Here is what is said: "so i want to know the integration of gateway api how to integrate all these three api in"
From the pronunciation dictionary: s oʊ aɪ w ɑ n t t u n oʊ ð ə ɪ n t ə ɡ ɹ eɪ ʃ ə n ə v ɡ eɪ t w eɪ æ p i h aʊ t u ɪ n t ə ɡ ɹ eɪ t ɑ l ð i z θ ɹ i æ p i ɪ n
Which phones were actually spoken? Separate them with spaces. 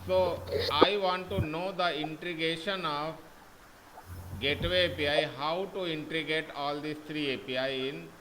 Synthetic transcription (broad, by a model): s oʊ aɪ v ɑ n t t u n oʊ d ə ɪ n t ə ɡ eɪ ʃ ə n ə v ɡ eɪ t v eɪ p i h aʊ t u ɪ n t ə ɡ eɪ t ɑ l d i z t ɹ i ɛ p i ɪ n